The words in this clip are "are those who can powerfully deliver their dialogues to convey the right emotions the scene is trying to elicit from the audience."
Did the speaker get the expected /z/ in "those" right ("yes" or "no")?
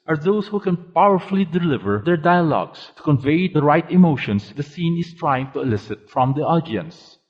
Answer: no